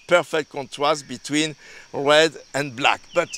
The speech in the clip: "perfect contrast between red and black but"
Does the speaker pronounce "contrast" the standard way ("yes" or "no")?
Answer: no